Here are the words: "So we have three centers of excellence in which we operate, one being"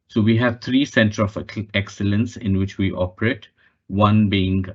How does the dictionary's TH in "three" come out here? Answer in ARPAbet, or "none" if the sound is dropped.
T